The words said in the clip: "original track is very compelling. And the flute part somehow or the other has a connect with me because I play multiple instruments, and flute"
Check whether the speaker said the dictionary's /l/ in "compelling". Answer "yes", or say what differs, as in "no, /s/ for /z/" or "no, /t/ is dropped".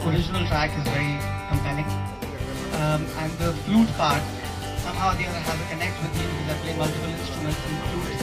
no, /n/ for /l/